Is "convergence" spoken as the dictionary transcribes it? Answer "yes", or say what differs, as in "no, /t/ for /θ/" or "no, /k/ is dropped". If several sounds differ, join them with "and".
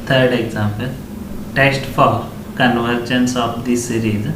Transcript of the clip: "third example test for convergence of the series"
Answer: yes